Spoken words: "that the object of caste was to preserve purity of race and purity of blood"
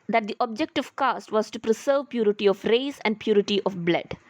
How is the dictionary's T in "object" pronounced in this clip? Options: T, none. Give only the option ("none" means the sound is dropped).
T